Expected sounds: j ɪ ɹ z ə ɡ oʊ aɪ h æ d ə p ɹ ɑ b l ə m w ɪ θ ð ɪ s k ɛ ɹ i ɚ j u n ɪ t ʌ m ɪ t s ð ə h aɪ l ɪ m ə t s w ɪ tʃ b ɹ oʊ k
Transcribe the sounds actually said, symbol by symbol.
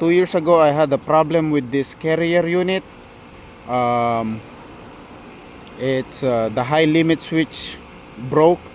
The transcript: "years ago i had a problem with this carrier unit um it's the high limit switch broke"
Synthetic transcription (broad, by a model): j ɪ ɹ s ə ɡ oʊ aɪ h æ d ə p ɹ ɑ b l ə m w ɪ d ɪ s k ɛ ɹ i ɚ j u n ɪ t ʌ m ɪ t s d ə h aɪ l ɪ m ə t s w ɪ tʃ b ɹ oʊ k